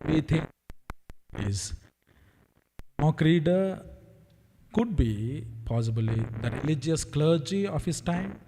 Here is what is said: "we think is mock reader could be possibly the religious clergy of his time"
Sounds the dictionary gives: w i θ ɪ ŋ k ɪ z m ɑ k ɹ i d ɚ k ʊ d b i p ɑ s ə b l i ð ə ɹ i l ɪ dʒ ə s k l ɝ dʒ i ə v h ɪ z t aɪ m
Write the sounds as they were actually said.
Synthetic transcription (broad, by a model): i t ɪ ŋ ɪ z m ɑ k ɹ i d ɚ k ʊ d b i p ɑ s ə b l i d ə ɹ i l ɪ dʒ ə s k l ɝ dʒ i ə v h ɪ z t aɪ m